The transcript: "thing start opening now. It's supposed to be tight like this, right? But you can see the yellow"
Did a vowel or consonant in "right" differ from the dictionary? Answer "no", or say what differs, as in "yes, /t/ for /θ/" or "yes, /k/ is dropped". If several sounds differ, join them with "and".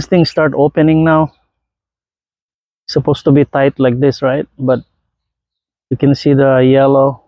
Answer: no